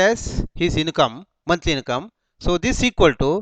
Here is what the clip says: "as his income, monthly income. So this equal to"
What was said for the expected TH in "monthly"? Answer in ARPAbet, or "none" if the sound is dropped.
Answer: T